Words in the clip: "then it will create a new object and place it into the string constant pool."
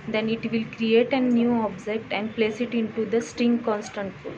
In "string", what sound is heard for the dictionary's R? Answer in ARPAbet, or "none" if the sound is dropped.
R